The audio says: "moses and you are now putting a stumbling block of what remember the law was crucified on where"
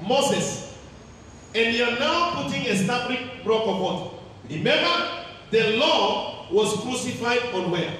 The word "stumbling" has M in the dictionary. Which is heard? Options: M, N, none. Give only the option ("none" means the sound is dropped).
none